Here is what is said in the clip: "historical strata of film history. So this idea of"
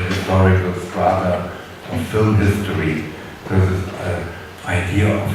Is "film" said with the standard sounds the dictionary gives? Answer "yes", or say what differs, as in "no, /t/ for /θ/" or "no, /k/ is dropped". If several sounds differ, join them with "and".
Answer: yes